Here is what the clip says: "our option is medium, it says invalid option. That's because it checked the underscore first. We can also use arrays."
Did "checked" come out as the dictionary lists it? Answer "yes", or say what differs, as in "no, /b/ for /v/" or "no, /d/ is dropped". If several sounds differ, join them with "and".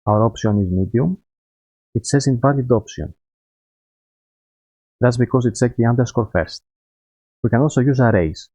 no, /s/ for /tʃ/